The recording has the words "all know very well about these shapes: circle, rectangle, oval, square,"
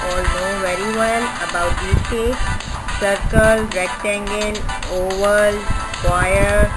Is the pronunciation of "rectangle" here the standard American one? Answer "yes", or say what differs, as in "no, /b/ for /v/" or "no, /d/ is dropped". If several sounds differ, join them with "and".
no, /n/ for /l/